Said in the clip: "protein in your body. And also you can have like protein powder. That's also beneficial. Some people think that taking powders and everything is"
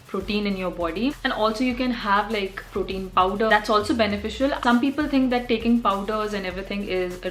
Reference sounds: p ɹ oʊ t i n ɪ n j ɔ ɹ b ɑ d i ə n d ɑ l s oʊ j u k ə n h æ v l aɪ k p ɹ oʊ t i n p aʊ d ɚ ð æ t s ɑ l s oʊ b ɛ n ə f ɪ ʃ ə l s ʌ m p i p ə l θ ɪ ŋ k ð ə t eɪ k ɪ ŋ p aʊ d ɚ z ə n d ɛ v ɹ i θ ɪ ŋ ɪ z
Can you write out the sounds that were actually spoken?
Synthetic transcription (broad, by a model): p ɹ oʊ t i n ɪ n j ɔ ɹ b ɑ d i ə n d ɑ l s oʊ j u k ə n h æ v l aɪ k p ɹ oʊ t i n p aʊ d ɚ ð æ t s ɑ l s oʊ b ɛ n ə f ɪ ʃ ə l s ʌ m p i p ə l t ɪ ŋ k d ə t eɪ k ɪ ŋ p aʊ d ɚ z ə n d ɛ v ɹ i t ɪ ŋ ɪ z